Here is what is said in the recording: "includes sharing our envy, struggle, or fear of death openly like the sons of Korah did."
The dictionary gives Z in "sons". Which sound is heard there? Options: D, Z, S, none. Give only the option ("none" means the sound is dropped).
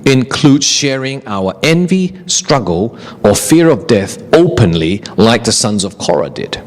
Z